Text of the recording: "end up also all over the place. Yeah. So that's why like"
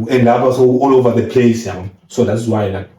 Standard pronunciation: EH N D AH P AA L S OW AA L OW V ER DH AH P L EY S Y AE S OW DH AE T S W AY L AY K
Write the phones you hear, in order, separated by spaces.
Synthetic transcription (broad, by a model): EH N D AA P AA S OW AA L OW V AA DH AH P L EY S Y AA S OW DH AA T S W AY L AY